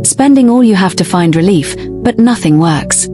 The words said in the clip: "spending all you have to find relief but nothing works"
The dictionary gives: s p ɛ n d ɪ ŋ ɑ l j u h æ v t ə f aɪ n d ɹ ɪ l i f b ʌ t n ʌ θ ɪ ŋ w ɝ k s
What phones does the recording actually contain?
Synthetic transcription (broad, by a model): s p ɛ n d ɪ ŋ ɑ l j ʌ h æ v t ə f aɪ n d ɹ ɪ l i f b ʌ t n ʌ θ ɪ ŋ w ɝ k s